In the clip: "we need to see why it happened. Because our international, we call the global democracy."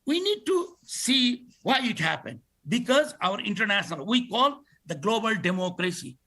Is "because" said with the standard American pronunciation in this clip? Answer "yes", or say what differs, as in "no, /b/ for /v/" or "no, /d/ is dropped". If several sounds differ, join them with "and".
yes